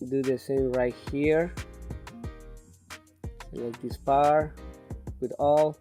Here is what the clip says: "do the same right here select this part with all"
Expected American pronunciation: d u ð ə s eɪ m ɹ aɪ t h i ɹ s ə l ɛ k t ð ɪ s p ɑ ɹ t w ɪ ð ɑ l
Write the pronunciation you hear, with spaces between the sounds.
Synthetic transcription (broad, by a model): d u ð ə s eɪ m ɹ aɪ t h i ɹ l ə ɪ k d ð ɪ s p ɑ ɹ w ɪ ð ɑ l